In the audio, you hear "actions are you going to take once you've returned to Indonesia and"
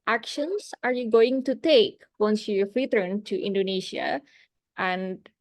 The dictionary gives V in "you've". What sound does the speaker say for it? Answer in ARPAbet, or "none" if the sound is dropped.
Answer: F